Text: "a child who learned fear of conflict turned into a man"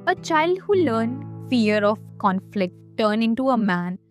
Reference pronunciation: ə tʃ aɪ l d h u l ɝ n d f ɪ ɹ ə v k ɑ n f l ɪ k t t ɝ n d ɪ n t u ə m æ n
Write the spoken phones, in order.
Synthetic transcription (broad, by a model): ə tʃ aɪ l d h u l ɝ n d f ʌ ɹ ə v k ɑ n f l ɪ k t t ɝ n ɪ n t u ə m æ n